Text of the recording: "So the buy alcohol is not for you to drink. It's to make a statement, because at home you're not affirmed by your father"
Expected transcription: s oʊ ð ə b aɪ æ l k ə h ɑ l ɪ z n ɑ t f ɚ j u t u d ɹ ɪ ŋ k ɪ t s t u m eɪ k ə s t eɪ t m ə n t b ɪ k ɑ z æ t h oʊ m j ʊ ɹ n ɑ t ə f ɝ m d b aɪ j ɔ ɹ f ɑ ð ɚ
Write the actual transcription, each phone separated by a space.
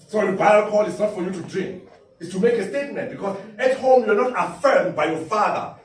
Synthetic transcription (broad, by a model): s oʊ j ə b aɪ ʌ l k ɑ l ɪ s n ɑ t f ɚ j u t u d ɹ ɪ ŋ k ɪ t s t u m eɪ k ə s t eɪ t m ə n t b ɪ k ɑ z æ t h oʊ m j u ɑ n ɑ t ə f ɝ m d b aɪ j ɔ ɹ f ɑ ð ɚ